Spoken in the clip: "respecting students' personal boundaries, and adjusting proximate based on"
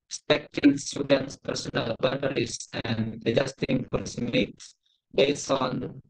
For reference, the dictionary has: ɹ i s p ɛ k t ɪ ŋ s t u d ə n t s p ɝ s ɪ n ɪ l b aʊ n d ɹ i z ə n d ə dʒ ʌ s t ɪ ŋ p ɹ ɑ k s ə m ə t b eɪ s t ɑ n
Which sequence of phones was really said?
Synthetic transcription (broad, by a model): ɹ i s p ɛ k t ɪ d s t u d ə n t s p ɝ s ɪ n ɪ l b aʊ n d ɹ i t ə n d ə dʒ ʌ s t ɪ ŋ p ɑ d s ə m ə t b eɪ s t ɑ n